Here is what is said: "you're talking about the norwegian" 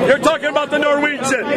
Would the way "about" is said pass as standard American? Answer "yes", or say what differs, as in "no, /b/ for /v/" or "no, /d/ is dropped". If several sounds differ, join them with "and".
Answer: yes